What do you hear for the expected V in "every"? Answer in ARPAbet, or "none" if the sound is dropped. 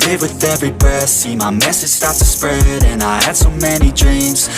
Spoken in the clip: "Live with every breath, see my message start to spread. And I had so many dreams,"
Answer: V